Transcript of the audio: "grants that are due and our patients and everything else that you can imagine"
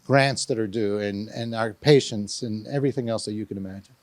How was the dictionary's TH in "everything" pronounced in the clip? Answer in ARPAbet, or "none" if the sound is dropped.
TH